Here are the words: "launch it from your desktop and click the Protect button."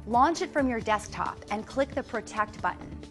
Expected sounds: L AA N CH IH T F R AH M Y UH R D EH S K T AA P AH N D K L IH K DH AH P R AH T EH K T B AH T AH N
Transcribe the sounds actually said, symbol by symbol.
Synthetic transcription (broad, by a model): L AA N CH IH T F R AH M Y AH R D EH S K T AA P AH N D K L IH K DH AH P R AH T EH K T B AH T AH N